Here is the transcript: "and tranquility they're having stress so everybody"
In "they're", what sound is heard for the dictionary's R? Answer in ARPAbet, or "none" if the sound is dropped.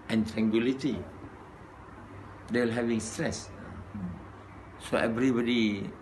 L